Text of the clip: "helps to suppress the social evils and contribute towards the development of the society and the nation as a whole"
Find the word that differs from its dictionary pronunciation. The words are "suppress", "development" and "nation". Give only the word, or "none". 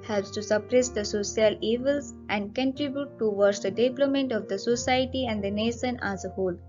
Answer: development